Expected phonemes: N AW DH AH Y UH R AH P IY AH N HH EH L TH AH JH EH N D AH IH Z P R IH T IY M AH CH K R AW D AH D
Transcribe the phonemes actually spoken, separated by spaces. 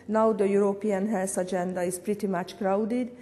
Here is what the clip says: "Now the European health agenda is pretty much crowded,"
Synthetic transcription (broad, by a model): N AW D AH Y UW R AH P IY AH N HH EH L S AH JH EH N D AH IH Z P R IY T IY M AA CH K R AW D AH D